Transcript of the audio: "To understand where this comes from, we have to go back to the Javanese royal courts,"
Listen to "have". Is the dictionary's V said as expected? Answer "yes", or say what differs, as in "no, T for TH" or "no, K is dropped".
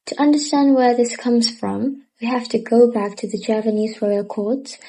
no, F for V